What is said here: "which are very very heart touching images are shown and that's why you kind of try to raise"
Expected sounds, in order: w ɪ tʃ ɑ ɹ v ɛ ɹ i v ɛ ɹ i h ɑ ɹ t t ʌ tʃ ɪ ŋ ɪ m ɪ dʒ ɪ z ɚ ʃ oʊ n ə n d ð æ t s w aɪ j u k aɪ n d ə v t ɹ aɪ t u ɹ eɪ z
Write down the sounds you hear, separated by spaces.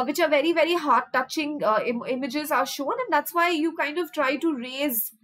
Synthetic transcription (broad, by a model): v ɪ tʃ ɑ ɹ v ɛ ɹ i v ɛ ɹ i h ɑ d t t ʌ tʃ ɪ ŋ ɪ m ɪ dʒ ɪ z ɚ ʃ oʊ n ə n d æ t s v aɪ j u k aɪ n d ə v t ɹ aɪ t u ɹ eɪ z